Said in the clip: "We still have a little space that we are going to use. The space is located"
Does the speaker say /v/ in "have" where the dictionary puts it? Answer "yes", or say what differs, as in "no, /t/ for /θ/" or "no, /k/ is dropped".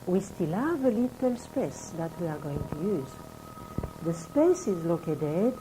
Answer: yes